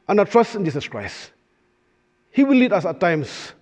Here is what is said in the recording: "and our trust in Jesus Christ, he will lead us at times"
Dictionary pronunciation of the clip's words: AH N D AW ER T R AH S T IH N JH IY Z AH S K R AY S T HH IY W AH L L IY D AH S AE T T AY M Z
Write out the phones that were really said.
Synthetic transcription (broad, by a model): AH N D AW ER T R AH S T IH N JH IY S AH S K R AY S T HH IY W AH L L IY D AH S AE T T AY M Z